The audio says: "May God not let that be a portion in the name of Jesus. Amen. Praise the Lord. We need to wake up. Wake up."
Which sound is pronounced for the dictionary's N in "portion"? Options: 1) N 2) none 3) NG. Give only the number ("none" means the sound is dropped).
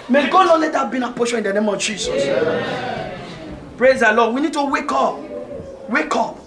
2